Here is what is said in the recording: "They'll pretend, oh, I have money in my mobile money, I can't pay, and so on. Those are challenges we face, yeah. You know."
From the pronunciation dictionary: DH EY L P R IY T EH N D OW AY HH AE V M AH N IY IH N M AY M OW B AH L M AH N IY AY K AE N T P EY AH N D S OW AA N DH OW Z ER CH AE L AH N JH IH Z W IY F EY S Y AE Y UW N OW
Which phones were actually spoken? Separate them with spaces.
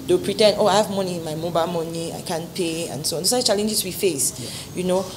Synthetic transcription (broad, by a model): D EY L P R IY T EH N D OW AY HH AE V M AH N IY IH N M AY M OW B AH L M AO N IY AY K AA N P EY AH N S OW AA N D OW S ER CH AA L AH N JH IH S W IY F EY S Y Y UW N OW